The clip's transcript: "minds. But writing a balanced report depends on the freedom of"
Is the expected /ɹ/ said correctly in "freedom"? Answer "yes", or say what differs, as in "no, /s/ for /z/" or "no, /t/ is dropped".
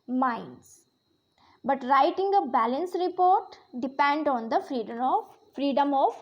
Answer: yes